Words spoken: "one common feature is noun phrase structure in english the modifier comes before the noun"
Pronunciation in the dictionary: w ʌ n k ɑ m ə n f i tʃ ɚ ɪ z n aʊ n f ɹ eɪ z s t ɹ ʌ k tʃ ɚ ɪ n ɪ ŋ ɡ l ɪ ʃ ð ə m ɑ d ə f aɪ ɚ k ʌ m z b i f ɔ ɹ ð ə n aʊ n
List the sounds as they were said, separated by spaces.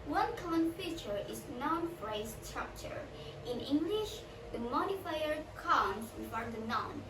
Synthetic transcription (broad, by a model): w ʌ n k ɑ m ə n f i tʃ ɚ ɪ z n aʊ n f ɹ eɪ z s t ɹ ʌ k tʃ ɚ ɪ n ɪ ŋ ɡ l ɪ ʃ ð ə m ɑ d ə f aɪ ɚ k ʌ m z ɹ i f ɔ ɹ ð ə n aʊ n